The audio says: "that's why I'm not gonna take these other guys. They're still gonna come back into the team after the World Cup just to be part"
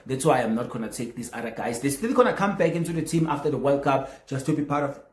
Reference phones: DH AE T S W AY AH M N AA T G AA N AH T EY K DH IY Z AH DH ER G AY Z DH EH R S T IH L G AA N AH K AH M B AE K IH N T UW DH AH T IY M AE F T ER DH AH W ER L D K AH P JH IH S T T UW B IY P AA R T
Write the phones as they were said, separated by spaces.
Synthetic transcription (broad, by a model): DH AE T S W AY AH M N AA T G AA N AH T EY K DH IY S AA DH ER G AY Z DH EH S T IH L G AA N AH K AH M B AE K IH N T UW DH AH T IY M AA F T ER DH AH W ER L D K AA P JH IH S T T UW B IY P AA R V